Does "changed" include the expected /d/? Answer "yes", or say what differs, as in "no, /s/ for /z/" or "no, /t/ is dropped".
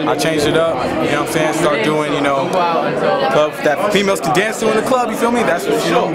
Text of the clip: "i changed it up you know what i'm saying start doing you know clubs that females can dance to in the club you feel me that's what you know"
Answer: no, /d/ is dropped